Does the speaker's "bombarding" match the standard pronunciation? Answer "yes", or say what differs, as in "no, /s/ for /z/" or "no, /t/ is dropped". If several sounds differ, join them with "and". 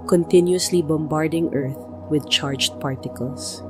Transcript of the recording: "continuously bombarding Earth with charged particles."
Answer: yes